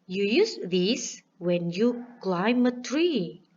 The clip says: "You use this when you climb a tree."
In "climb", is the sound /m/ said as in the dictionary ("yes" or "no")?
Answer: yes